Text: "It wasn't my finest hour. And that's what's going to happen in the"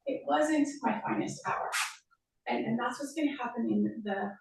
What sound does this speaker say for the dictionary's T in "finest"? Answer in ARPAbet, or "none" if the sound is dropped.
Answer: T